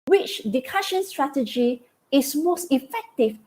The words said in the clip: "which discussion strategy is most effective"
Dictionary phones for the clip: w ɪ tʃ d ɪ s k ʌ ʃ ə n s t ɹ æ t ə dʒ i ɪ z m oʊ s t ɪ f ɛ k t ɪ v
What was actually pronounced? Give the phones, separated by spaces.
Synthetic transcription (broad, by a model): w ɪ tʃ d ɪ k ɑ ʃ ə n s t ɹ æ t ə dʒ i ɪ s m oʊ s t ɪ f ɛ k t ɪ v